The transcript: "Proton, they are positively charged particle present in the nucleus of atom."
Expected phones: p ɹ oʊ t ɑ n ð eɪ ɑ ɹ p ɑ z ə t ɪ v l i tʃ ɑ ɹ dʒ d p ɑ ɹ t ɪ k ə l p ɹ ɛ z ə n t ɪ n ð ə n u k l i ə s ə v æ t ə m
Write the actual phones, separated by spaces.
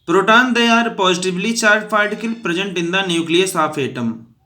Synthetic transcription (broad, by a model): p ɹ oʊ t ɑ n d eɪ ɑ ɹ p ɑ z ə t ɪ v l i tʃ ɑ ɹ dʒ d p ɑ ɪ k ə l p ɹ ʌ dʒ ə n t ɪ n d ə n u k l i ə s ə p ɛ t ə m